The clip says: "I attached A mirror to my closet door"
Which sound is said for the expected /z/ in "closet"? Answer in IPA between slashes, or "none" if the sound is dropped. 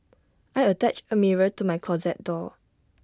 /z/